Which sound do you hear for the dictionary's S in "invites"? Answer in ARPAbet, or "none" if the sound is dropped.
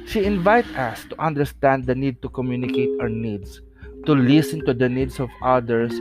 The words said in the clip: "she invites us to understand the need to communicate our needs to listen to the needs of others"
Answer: none